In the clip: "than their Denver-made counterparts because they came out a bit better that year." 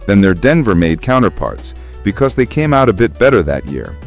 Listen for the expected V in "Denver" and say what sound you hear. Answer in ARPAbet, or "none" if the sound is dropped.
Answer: V